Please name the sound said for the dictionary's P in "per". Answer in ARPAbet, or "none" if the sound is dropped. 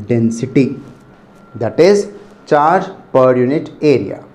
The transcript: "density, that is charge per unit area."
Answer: P